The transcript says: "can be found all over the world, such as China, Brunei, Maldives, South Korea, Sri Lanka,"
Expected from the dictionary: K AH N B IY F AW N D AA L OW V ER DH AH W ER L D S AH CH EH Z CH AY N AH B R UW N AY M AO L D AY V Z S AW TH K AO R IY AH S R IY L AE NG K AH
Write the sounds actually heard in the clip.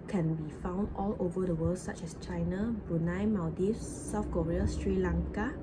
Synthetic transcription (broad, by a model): K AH N B IY F AW N D AA L OW V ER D AH W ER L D S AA CH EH S CH AY N AH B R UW N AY M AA D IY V S AW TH K AO R IY AH S R IY L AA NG K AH